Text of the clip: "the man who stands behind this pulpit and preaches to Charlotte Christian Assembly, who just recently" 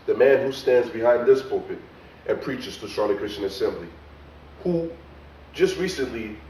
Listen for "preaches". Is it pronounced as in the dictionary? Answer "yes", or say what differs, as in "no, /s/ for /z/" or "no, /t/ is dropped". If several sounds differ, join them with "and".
yes